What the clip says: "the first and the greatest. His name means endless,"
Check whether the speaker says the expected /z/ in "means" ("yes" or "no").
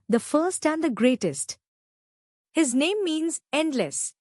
yes